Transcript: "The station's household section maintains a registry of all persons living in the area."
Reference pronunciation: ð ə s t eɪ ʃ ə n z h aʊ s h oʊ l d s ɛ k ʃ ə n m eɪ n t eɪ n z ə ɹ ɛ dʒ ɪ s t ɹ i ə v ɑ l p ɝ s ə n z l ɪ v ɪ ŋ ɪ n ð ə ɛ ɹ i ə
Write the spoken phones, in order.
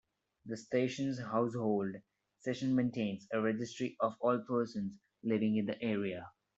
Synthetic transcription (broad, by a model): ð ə s t eɪ ʃ ə n z h aʊ s h oʊ l d s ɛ ʃ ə n m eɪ n t eɪ n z ə ɹ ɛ dʒ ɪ s t ɹ i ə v ɑ l p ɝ s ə n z l ɪ v ɪ ŋ ɪ n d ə ɛ ɹ i ə